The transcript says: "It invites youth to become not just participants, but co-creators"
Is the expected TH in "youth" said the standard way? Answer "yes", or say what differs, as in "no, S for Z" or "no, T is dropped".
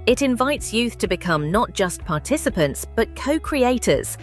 yes